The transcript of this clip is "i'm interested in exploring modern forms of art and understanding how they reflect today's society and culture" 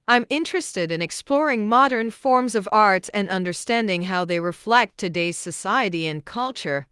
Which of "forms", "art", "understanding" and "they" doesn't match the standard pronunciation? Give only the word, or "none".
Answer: none